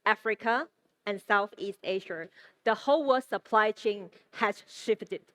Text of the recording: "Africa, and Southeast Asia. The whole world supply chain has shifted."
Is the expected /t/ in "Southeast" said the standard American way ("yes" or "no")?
yes